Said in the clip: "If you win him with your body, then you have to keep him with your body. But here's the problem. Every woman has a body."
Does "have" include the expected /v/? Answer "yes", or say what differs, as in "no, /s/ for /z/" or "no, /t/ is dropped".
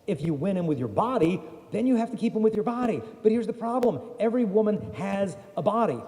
no, /f/ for /v/